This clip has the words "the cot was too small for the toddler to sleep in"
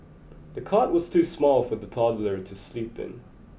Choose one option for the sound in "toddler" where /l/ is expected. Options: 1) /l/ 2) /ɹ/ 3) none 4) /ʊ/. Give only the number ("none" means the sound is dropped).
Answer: 1